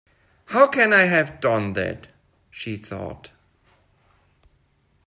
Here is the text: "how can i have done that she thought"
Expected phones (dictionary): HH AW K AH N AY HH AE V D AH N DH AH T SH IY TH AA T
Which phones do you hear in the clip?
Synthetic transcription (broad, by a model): HH AW K AH N AY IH V D AH N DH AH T SH IY TH AA T